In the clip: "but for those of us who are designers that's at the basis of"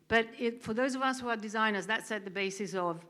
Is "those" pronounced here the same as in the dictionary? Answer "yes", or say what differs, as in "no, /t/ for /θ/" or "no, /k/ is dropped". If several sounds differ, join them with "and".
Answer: yes